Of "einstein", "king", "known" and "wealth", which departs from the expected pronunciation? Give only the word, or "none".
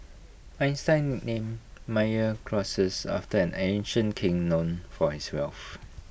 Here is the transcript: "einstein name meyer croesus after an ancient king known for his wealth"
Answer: wealth